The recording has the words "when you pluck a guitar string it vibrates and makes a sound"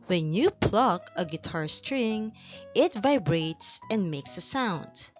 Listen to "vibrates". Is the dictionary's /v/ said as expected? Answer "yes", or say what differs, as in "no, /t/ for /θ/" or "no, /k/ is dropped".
yes